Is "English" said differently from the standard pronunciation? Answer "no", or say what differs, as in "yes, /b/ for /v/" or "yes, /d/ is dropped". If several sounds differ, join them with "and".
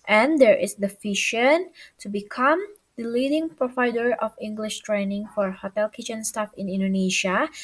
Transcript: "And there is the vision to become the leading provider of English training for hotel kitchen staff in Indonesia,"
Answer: no